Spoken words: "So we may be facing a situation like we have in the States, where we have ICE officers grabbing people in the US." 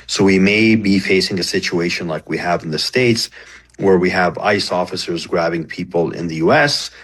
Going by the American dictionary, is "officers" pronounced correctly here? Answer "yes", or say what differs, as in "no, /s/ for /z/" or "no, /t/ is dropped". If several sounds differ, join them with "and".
yes